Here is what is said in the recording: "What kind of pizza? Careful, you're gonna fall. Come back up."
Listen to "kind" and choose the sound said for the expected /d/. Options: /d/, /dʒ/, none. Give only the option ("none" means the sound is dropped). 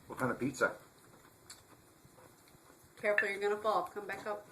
none